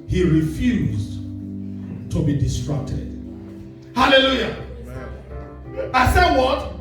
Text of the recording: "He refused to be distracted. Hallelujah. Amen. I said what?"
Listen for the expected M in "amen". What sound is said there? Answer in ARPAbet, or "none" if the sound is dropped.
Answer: none